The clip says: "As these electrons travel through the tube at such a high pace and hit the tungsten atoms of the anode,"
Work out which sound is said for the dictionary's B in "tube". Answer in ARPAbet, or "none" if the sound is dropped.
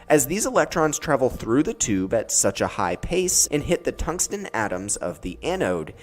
B